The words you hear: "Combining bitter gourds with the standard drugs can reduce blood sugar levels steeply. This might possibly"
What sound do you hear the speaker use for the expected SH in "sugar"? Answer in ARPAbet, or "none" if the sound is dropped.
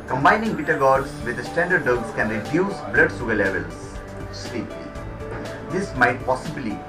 S